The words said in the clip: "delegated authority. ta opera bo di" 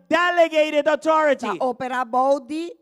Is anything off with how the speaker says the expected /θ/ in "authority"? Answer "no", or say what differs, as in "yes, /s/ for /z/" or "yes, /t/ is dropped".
yes, /t/ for /θ/